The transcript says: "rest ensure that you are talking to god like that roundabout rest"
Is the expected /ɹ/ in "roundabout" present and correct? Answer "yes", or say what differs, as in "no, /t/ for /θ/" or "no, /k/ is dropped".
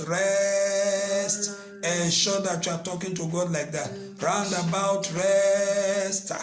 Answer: yes